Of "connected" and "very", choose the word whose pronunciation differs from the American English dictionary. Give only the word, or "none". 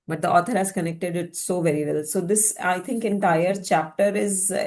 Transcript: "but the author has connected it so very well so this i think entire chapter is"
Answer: none